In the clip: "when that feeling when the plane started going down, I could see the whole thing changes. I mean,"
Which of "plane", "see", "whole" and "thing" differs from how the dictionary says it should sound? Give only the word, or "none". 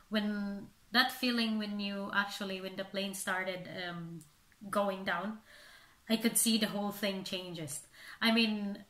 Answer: none